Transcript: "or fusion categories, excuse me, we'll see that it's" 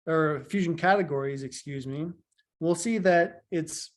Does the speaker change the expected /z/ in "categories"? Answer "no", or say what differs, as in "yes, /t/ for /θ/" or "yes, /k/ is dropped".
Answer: no